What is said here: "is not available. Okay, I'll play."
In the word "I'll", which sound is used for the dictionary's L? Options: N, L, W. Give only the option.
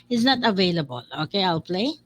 L